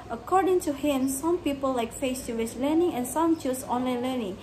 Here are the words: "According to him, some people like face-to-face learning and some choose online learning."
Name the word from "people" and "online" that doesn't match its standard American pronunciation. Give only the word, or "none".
none